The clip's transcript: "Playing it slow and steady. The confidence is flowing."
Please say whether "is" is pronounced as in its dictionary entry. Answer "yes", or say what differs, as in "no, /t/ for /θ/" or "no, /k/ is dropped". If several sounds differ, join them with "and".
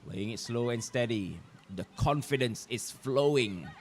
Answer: no, /s/ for /z/